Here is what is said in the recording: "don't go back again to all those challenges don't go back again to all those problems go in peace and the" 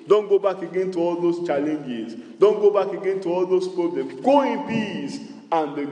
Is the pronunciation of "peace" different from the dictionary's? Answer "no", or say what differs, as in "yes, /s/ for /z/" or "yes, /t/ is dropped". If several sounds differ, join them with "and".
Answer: yes, /b/ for /p/